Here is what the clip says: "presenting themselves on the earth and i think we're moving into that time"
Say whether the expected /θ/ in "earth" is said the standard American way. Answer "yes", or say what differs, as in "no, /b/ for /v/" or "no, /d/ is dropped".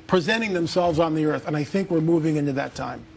yes